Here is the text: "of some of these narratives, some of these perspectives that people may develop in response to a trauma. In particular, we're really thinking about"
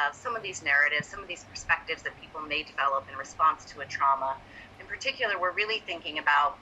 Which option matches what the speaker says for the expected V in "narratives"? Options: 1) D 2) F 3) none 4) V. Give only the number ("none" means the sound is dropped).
4